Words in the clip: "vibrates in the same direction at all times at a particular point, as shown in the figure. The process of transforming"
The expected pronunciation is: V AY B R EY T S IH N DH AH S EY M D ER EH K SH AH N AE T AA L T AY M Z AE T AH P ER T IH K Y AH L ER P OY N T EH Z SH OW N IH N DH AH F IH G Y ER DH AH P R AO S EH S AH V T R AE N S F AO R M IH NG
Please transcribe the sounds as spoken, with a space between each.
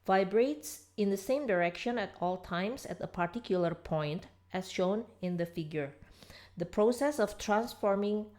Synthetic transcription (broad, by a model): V AY B R EY T S IH N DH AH S EY M D ER EH K SH AH N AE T AA L T AY M S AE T AH P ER T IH K Y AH L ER P OY N T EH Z SH OW N IH N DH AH F IH G Y ER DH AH P R AO S EH S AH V T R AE N S F AO R M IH NG